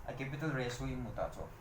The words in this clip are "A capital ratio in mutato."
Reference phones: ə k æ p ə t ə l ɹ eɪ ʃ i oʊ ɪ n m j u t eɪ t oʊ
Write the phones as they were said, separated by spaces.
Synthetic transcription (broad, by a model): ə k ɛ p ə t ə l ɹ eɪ s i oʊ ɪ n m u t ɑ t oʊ